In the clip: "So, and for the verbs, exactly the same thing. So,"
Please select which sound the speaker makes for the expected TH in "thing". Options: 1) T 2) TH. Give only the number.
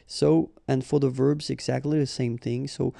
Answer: 2